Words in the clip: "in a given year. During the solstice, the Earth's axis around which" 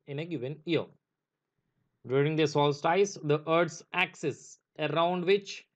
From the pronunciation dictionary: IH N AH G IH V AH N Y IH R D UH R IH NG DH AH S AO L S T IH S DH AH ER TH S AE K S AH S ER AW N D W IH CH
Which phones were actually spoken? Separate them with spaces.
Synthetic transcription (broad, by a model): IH N AH G IH V AH N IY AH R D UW R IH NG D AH S AO L S T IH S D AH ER T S AE K S AH S ER AW N D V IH CH